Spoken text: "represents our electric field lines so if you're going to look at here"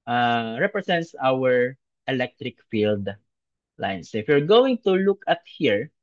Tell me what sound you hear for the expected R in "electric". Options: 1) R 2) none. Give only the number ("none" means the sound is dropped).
1